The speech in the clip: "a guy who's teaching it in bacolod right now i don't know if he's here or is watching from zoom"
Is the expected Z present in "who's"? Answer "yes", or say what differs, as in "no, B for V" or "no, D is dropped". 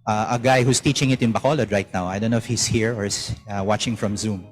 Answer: no, S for Z